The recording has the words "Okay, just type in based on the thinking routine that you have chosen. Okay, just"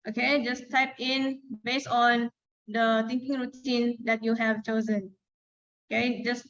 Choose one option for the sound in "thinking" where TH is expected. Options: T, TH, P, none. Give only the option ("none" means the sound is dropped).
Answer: T